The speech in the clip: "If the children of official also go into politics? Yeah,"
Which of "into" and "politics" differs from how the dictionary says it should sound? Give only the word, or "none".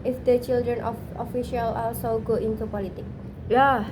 politics